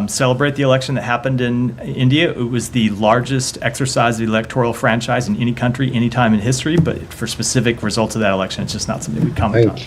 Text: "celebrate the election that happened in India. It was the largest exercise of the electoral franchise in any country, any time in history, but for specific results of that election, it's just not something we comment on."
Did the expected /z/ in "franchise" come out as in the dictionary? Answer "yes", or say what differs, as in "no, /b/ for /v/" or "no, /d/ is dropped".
yes